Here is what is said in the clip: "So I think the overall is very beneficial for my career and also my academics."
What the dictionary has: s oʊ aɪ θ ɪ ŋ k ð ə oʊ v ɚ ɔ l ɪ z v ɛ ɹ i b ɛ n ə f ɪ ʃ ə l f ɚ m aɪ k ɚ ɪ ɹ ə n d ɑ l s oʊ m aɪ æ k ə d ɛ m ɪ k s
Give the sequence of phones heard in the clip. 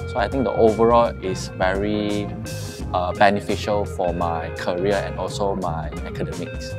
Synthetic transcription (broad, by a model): s oʊ aɪ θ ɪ ŋ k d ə oʊ v ɚ ɔ l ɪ s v ɛ ɹ i b ɛ n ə f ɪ ʃ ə l f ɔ m aɪ k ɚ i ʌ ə n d ɑ l s oʊ m aɪ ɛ k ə d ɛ m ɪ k s